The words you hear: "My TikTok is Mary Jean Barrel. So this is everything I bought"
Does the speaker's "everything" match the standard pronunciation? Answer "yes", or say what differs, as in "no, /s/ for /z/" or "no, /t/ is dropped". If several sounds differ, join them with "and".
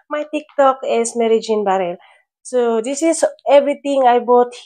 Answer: no, /t/ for /θ/